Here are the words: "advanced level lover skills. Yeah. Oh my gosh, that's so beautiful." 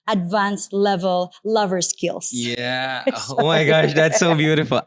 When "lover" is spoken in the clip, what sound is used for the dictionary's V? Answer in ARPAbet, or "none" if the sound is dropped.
V